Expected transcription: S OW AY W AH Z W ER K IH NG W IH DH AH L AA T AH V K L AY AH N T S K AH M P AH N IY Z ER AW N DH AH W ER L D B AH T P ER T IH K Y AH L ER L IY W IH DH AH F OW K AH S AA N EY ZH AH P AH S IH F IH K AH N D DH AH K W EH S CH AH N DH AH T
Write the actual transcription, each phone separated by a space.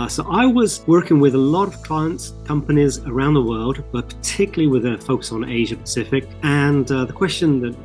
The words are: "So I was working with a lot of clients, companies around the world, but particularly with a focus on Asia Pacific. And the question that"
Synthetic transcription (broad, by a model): S OW AY W AH Z W ER K IH NG W IH DH AH L AA T AH V K L AY AH N T S K AH M P AH N IY Z ER AW N DH AH W ER L D B AH T P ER T IH K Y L L IY W IH DH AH F OW K AH S N EY ZH AH P AH S IH F IH K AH N DH AH K W EH S CH AH N DH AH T